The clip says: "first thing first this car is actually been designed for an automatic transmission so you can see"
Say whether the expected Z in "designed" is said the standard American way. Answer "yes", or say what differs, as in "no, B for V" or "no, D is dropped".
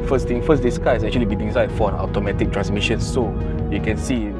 no, S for Z